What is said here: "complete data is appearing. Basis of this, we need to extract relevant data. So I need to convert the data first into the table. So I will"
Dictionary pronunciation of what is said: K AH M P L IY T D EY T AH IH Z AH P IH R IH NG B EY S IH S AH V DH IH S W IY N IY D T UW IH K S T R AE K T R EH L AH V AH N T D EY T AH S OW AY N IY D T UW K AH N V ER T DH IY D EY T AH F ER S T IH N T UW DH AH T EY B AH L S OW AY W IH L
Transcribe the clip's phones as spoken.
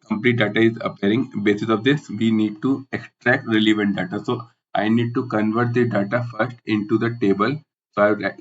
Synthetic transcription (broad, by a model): K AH M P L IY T D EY T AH IH Z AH P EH R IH NG B EY S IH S AH V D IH S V IY N IY D T UW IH K S T R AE K T R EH L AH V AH N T D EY T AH S OW AY N IY D T UW K AH N V ER T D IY D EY T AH F ER S T IH N T UW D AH T EY B AH L S OW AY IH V